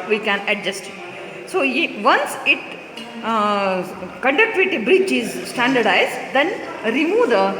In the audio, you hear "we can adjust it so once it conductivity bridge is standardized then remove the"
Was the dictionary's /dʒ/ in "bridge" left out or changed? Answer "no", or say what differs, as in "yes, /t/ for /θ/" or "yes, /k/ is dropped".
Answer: yes, /tʃ/ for /dʒ/